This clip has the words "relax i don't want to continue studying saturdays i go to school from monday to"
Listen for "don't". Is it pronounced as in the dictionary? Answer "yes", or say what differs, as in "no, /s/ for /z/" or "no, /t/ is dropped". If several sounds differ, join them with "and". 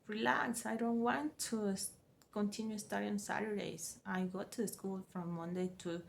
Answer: yes